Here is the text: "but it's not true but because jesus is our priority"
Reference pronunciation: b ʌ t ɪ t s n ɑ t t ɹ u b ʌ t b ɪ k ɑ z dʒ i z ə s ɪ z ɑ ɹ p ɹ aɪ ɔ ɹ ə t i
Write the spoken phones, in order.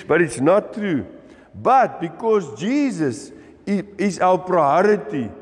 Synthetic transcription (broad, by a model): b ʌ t ɪ t s n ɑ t t ɹ u b ʌ t b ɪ k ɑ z dʒ i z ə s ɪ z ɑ w p ɹ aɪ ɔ ɹ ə t i